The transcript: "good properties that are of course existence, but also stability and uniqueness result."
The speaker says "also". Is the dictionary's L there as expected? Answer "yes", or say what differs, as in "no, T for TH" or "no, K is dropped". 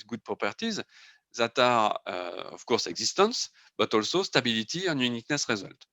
yes